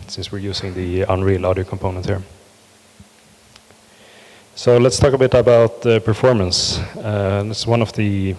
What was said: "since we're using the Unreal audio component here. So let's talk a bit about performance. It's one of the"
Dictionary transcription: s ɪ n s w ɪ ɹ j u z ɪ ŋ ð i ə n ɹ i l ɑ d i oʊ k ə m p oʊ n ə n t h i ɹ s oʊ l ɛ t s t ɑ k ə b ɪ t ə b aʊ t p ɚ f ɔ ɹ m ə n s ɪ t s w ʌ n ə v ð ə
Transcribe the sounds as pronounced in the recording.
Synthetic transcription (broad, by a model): s ɪ n s w ɪ ɹ j u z ɪ ŋ ð i ə n ɹ i l ɑ d i oʊ k ə m p oʊ n ə n t h i ɹ s oʊ l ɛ t s t ɑ k ə b ɪ t ə b aʊ t p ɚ f ɔ ɹ m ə n s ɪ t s w ʌ n ə v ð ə